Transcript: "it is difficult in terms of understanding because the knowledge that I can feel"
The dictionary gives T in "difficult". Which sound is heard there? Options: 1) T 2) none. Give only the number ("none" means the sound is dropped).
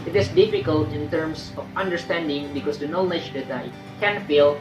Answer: 1